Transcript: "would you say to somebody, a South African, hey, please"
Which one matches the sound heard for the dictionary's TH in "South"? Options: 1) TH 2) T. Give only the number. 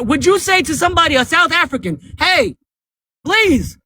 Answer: 1